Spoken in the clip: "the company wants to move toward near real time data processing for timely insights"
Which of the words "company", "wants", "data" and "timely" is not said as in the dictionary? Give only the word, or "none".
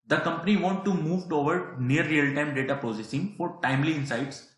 wants